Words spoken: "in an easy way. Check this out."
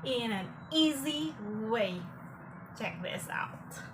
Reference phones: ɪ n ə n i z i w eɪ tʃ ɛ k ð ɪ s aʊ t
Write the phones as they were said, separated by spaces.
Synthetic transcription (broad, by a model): ɪ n ə n i z i w eɪ tʃ ɛ k ð ɪ s aʊ t